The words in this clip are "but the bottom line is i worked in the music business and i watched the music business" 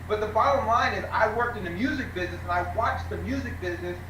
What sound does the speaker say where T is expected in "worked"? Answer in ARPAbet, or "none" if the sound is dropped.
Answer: T